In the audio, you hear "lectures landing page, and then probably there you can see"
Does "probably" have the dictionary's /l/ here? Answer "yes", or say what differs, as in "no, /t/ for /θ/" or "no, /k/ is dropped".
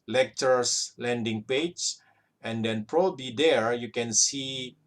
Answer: no, /l/ is dropped